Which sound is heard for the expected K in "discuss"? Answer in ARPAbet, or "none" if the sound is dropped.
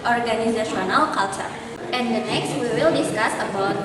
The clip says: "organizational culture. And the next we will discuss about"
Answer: K